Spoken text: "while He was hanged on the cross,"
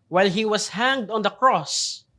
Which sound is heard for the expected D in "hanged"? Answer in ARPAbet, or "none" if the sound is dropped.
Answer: D